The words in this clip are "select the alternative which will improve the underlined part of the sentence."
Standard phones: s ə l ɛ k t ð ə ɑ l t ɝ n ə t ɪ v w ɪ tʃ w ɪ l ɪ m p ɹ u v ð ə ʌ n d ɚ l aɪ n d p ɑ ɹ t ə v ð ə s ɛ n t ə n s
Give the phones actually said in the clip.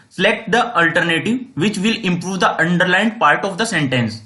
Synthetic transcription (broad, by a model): s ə l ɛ k t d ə ɑ l t ɝ n ə t ɪ v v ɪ tʃ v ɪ l ɪ m p ɹ u v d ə ʌ n d ɚ l aɪ n d p ɑ ɹ t ə v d ə s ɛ n t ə n s